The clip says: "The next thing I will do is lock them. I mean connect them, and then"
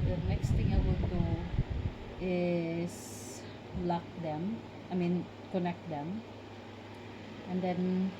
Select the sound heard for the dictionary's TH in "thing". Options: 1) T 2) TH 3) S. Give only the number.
1